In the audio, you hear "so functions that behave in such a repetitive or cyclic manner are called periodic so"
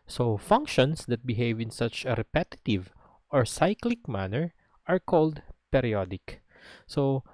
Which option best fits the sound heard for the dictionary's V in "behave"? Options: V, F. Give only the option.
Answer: V